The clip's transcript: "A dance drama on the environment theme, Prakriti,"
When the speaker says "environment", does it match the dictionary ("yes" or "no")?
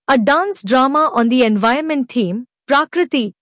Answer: no